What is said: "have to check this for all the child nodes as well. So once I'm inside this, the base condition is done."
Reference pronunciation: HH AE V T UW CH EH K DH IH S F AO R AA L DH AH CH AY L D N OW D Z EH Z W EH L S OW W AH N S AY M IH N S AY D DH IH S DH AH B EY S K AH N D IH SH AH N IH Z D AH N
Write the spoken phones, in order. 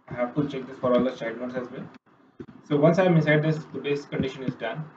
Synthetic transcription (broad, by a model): HH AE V T UW CH EH K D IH S F AO R AA L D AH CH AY D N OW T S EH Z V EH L S OW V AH N S AY M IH S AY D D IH S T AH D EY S K AH N D IH SH AH N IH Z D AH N